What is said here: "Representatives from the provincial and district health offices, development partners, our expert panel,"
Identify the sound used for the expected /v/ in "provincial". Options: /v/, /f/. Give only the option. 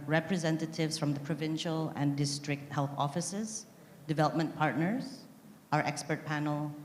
/v/